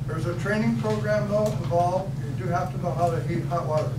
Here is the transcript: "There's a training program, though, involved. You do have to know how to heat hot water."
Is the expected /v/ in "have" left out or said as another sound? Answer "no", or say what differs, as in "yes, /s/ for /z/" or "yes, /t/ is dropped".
yes, /f/ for /v/